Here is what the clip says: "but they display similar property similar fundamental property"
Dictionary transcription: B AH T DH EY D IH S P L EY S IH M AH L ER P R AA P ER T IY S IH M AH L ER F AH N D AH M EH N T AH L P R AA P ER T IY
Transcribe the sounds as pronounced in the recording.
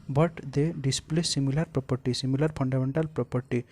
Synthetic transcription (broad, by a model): B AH T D EY D IH S P L EY S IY M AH L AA P R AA P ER T IY S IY M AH L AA P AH N D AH M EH N T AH L P R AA P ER T IY